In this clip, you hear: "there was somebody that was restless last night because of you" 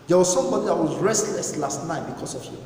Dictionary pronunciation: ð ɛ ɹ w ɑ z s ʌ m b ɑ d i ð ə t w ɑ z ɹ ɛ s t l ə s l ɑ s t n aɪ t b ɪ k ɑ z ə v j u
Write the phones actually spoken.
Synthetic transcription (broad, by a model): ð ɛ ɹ w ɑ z s ʌ m b ɑ d i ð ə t w ɑ z ɹ ɛ s t l ə s l ɑ s t n aɪ t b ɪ k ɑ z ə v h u